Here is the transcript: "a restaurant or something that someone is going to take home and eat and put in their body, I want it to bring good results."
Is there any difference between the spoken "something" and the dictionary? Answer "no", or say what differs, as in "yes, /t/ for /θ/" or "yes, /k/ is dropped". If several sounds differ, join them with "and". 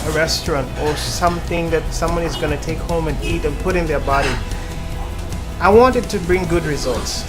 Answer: no